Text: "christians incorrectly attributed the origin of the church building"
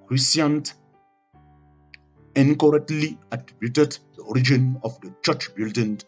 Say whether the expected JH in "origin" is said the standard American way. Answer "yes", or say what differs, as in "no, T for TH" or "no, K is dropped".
yes